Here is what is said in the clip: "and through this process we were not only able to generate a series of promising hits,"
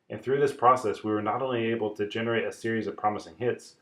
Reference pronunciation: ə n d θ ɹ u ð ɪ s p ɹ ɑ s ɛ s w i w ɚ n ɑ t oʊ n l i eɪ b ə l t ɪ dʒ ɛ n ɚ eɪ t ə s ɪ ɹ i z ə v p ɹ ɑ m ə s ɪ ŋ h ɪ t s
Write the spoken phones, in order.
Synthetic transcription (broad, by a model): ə n θ ɹ u ð ɪ s p ɹ ɑ s ɛ s w i w ɚ n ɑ t oʊ n l i eɪ b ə l t ɪ dʒ ɛ n ɚ eɪ t ə s ɪ ɹ i z ə v p ɹ ɑ m ə s ɪ ŋ h ɪ t s